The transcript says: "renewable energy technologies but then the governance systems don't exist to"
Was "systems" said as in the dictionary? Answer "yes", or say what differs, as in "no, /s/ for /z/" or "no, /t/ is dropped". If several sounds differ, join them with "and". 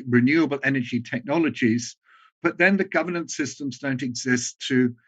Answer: yes